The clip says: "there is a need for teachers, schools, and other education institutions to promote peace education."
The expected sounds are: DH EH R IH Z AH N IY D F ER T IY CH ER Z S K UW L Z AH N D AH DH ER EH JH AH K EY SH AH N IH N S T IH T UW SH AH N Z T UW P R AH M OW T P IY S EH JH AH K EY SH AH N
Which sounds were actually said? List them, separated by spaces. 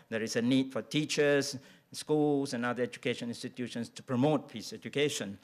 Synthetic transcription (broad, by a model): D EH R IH S AH N IY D F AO T IY CH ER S S K UW L S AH N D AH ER EH JH AH K EY SH AH N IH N S T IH T UW SH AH N S T UW P R AH M OW T P IY S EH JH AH K EY SH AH N